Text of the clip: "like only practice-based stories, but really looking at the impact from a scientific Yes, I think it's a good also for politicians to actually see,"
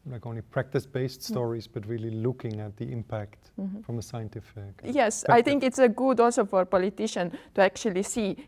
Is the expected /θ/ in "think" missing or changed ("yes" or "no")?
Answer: yes